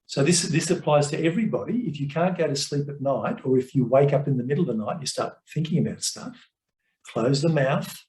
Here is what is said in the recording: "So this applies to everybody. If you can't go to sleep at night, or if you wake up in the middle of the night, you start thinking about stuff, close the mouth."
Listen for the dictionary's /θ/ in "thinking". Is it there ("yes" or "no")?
yes